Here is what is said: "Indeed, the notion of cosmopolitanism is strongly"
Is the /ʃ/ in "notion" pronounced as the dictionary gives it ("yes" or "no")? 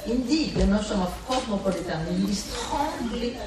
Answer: no